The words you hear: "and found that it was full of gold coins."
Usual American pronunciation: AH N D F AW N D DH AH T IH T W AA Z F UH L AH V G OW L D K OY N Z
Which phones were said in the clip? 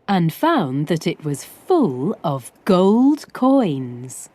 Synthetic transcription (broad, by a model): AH N F AW N DH AH T IH T W AA Z F UH L AH V G OW L D K OY N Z